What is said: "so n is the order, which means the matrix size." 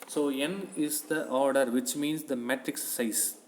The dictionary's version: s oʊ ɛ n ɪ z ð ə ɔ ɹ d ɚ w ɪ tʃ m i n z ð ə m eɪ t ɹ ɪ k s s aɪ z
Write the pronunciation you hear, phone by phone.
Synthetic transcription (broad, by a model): s oʊ ɛ n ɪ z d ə ɔ ɹ d ɚ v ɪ tʃ m i n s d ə m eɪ t ɹ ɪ k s s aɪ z